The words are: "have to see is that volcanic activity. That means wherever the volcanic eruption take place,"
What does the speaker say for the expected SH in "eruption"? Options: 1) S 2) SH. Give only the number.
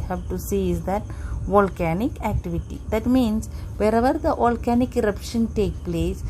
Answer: 2